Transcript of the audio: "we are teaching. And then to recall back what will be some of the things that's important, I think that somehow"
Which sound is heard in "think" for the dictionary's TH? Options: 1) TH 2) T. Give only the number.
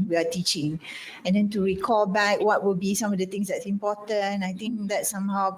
2